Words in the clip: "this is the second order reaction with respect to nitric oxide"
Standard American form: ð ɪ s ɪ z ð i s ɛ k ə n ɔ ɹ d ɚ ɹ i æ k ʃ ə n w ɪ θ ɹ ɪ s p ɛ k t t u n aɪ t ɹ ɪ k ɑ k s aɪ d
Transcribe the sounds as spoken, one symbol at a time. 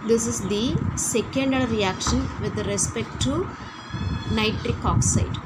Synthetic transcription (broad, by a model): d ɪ s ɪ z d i s ɛ k ə n d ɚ ɹ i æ k ʃ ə n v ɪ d ɹ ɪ s p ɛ k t t u n aɪ t ɹ ɪ k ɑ k s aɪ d